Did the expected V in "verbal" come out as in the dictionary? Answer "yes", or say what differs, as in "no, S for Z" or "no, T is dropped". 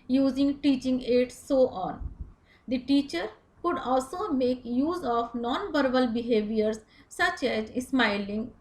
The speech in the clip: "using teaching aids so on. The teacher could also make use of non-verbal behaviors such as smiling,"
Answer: no, B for V